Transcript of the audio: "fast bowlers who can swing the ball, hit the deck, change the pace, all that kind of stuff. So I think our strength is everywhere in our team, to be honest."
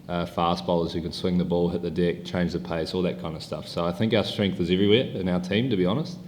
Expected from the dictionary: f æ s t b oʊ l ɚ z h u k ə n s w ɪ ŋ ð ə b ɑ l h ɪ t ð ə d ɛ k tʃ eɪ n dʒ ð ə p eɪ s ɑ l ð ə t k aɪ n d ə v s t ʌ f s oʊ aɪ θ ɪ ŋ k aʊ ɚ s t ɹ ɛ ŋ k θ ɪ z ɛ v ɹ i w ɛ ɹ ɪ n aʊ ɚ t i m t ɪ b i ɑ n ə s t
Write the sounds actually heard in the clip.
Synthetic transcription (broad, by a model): f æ s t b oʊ l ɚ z h u k ə n s w ɪ ŋ ð ə b ɑ l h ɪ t ð ə d ɛ k tʃ eɪ n dʒ ð ə p eɪ s ɑ l ð ə t k aɪ n d ə v s t ʌ f s oʊ aɪ θ ɪ ŋ k aʊ ɚ s t ɹ ɛ ŋ k θ ɪ z ɛ v ɹ i w ɛ ɹ ɪ n aʊ ɚ t i m t ɪ b i ɑ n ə s t